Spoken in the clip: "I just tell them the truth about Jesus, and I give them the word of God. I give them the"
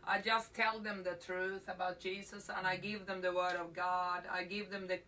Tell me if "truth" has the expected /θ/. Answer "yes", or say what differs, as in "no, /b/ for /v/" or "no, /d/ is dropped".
yes